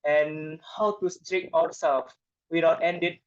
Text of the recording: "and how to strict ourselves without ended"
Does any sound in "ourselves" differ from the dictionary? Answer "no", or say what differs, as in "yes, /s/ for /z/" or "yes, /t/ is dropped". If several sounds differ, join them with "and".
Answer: yes, /w/ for /ɹ/